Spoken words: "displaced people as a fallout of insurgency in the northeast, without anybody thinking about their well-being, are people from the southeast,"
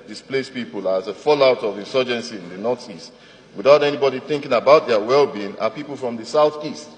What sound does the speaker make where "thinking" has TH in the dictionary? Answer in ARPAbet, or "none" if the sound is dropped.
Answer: TH